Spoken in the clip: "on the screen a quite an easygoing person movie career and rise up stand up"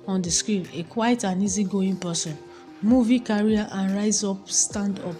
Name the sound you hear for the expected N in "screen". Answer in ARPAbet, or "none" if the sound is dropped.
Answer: L